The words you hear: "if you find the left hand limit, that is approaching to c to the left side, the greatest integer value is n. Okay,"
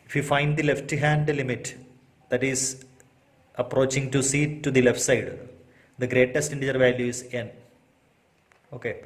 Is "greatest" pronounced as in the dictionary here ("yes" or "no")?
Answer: yes